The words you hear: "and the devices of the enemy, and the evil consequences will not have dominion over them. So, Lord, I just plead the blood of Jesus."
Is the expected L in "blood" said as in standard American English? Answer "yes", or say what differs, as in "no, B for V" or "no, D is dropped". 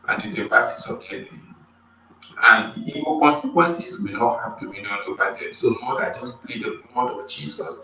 no, L is dropped